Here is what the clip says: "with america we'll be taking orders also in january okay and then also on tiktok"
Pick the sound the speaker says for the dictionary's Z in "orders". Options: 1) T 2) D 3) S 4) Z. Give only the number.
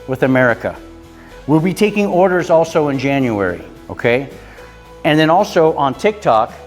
4